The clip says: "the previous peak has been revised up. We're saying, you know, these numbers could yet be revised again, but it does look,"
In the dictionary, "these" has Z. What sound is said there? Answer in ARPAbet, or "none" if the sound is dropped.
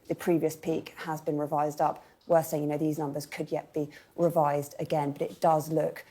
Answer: Z